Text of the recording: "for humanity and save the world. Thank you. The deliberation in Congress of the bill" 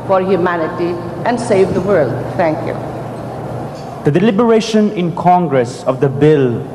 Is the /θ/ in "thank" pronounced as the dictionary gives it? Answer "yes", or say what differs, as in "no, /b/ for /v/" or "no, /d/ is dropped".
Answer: no, /t/ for /θ/